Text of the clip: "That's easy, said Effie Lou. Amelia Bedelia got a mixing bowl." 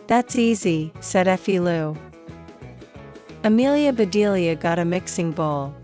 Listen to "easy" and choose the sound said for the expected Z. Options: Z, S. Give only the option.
Z